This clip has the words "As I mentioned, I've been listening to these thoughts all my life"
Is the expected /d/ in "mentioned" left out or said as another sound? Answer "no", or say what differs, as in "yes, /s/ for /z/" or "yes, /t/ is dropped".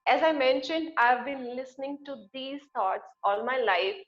no